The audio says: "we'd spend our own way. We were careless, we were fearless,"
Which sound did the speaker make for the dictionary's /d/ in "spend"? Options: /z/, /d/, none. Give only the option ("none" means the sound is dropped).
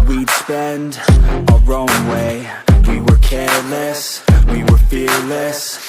/d/